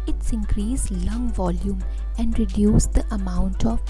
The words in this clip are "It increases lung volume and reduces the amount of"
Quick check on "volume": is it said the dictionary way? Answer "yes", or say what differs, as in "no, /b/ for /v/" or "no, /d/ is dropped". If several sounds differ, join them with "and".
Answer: yes